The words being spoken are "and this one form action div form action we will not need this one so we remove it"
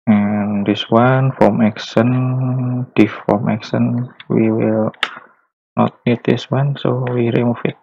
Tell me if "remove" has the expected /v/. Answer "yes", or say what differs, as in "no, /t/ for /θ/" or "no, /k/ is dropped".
no, /f/ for /v/